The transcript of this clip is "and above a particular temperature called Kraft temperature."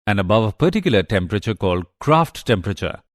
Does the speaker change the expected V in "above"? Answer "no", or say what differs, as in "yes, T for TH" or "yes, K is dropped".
no